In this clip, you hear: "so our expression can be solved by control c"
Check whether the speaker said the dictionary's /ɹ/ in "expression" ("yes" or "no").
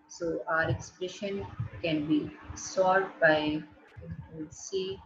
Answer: yes